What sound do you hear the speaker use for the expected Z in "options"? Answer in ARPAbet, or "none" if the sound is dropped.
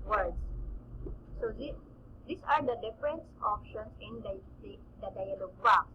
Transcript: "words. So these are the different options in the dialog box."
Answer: S